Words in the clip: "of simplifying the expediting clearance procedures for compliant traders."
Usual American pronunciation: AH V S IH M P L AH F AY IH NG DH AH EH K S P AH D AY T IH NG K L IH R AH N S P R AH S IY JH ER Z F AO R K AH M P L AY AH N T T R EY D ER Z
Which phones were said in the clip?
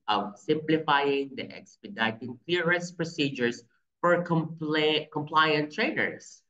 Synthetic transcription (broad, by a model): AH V S IH M P L AH F AY IH NG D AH EH K S P AH D AY T IH NG K L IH R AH S P R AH S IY JH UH S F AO R K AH M P L AY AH N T T R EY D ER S